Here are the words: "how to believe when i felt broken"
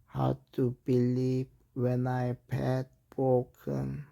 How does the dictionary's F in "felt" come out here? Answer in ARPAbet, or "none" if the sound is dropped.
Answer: P